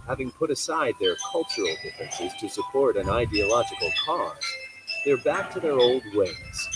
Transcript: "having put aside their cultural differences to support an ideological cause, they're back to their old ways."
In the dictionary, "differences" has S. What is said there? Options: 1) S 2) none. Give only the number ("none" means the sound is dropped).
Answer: 1